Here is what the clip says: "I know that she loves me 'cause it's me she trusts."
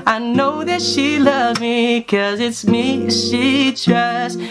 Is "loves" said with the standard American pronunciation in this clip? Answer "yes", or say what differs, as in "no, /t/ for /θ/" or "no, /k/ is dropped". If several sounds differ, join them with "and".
no, /z/ is dropped